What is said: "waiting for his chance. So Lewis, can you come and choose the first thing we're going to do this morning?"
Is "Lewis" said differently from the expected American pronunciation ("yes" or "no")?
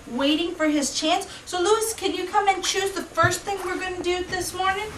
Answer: no